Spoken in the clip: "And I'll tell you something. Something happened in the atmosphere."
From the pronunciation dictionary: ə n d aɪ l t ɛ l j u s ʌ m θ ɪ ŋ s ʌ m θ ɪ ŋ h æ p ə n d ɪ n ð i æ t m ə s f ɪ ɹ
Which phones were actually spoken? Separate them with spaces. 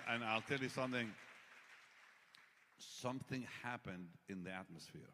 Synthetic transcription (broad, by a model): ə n aɪ l t ɛ l j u s ʌ m θ ɪ ŋ s ʌ m θ ɪ ŋ h æ p ə n d ɪ n ð i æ t m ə s f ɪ ɹ